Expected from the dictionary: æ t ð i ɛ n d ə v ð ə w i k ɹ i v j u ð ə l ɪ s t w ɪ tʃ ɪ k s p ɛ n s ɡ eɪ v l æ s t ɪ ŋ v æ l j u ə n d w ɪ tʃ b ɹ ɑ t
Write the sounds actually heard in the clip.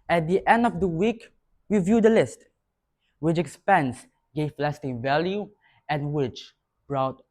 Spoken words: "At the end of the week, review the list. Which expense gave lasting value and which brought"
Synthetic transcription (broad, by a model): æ t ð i ɛ n d ə v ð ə w i k w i v j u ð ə l ɪ s t w ɪ tʃ ɪ k s p ɛ n s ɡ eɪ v l æ s t ɪ ŋ v æ l j u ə n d w ɪ tʃ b ɹ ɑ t